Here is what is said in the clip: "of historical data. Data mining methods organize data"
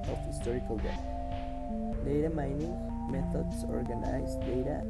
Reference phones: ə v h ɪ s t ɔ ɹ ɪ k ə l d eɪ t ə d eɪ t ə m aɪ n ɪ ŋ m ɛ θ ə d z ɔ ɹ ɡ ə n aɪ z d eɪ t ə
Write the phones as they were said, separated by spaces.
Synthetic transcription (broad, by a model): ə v h ɪ s t ɔ ɹ ɪ k ə l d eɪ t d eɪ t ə m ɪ n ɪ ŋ m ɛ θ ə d s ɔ ɹ ɡ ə n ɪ s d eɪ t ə